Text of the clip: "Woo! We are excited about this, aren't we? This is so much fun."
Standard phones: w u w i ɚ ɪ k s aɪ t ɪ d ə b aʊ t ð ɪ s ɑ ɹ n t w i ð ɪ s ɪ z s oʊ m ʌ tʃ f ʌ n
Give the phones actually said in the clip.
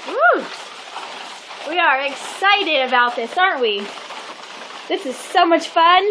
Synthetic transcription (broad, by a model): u w i ɚ ɪ k s aɪ t ɪ d ə b aʊ t ð ɪ s ɑ ɹ n t w i ð ɪ s ɪ z s oʊ m ʌ tʃ f ʌ n